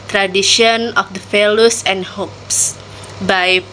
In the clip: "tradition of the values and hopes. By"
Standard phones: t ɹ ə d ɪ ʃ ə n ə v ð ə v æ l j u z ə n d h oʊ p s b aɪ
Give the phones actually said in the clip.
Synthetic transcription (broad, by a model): t ɹ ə d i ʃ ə n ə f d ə f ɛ l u s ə n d h oʊ p s b aɪ